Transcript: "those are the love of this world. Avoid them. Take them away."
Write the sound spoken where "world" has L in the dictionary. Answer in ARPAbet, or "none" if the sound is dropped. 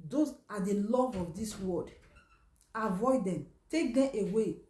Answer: none